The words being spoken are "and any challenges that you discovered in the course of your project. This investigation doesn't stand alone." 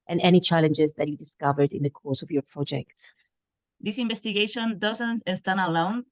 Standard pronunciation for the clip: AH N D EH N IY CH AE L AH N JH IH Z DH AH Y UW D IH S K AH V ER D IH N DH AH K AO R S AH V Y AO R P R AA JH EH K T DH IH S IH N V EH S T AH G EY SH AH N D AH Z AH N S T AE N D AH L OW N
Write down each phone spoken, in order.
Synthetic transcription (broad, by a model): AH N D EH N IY CH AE L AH N JH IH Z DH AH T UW D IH S K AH V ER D IH N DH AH K AO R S AH V Y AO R P R AA JH EH K T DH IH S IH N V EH S T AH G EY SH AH N D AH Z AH N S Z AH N AH L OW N